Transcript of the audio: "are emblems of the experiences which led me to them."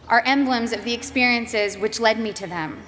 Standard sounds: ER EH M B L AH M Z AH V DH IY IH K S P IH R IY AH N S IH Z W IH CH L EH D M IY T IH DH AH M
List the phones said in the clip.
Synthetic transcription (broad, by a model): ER EH M B L AH M Z AH V DH IY IH K S P IH R IY AH N S IH Z W IH CH L EH D M IY T IH DH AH M